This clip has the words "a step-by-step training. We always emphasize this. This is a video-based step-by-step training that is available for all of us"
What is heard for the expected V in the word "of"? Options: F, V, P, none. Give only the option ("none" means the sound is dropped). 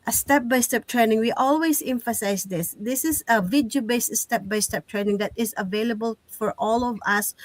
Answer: V